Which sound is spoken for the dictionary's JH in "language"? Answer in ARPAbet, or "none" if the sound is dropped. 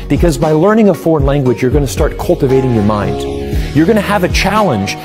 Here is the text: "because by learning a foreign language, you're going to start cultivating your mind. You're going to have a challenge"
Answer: JH